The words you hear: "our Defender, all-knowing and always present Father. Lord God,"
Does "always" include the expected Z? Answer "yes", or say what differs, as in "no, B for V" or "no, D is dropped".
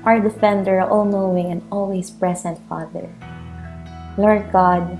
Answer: no, S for Z